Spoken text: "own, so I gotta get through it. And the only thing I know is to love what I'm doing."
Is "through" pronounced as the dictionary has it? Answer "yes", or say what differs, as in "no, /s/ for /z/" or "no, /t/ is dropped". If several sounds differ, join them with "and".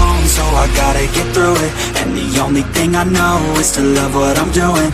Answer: yes